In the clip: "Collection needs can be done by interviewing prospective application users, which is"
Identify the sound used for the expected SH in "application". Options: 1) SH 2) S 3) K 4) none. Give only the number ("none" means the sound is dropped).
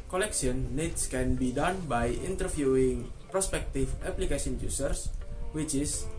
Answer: 2